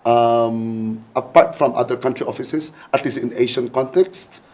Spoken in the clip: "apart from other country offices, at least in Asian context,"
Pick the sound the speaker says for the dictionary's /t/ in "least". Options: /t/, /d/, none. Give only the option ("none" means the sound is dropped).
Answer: none